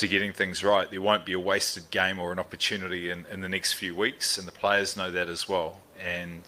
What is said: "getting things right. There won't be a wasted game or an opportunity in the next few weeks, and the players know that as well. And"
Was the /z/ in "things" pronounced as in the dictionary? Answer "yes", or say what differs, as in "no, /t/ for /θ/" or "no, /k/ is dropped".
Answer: yes